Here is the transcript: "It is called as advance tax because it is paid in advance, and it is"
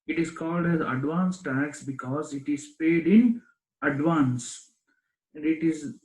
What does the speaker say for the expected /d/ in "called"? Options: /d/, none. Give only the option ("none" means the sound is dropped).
/d/